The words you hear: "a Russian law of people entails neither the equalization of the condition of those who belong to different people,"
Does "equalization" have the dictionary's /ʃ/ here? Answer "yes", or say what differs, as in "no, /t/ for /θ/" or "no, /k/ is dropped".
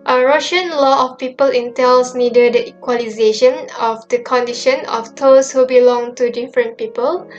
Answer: yes